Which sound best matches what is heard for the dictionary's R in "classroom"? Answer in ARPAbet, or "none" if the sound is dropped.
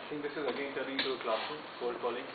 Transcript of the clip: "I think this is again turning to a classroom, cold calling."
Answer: none